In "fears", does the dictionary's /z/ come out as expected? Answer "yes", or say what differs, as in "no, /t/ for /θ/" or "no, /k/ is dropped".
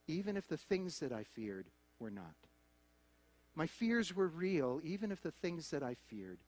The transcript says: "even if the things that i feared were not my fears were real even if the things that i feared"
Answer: yes